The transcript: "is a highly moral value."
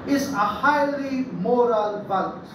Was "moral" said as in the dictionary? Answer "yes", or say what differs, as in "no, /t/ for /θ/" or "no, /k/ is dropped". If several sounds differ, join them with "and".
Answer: yes